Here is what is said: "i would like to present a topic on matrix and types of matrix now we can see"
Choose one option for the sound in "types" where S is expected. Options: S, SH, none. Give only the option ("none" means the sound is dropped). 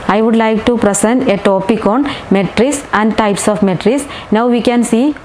S